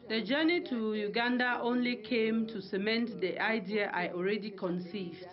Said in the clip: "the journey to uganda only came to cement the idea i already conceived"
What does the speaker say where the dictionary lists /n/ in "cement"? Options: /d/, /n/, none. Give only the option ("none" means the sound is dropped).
/n/